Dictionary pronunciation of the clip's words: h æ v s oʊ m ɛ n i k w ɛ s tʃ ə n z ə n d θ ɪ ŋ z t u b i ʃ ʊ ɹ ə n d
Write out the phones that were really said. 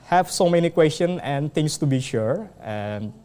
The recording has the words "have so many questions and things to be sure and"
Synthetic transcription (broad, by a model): h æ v s oʊ m ɛ n i k w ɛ s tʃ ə n ə n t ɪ ŋ s t u b i ʃ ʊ ɹ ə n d